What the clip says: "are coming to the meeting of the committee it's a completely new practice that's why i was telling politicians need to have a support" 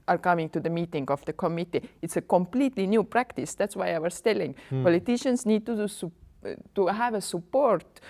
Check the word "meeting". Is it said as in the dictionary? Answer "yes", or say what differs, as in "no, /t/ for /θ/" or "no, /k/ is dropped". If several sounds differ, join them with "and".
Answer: yes